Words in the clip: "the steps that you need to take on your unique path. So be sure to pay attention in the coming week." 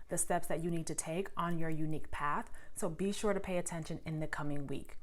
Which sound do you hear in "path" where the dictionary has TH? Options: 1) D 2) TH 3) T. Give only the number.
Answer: 2